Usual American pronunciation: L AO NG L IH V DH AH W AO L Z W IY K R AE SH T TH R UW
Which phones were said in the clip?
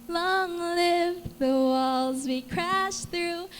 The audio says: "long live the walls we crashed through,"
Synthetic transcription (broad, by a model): L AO NG L IH V DH AH W AO L Z W IY K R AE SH TH R UW